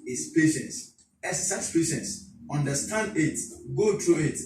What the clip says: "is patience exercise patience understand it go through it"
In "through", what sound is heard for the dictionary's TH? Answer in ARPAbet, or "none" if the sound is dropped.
T